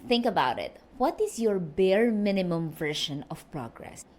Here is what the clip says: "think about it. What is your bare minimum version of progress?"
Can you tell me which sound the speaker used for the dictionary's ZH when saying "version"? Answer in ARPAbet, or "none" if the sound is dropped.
SH